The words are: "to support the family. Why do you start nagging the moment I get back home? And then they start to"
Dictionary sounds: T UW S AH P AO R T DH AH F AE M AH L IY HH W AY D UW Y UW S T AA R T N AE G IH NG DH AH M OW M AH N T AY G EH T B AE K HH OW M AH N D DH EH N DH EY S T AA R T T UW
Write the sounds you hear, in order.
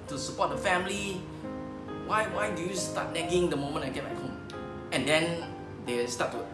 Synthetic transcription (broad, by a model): T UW S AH P AO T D AH F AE M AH W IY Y W AY D UW Y UW S T AA T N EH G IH NG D AH M OW M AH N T AY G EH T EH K HH OW M AH N D EH N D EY S T AA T T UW